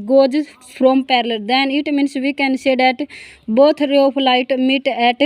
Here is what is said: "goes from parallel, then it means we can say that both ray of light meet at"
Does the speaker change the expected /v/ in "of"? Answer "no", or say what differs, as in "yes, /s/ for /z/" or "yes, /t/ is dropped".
yes, /p/ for /v/